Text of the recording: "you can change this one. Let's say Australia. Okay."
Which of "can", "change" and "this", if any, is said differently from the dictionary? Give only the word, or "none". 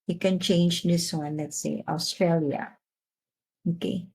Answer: none